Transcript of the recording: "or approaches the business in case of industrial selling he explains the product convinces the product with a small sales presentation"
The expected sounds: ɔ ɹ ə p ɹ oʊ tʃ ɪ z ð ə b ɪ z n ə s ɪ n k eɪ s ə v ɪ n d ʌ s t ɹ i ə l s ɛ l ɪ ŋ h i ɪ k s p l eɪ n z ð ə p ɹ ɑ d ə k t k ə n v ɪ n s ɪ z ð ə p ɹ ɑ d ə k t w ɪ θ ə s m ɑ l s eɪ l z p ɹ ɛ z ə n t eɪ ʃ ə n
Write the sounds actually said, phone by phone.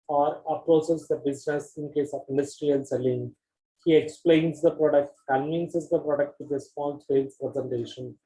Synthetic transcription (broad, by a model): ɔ ɹ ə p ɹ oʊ s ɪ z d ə b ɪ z n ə s ɪ n k eɪ s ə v ɪ n d ʌ s t ɹ i ə l s ɛ l ɪ ŋ h i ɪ k s p l eɪ n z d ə p ɹ ɑ d ə k t k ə n v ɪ n s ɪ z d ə p ɹ ɑ d ə k t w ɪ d ə s m ɑ l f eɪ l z p ɹ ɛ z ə n t eɪ ʃ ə n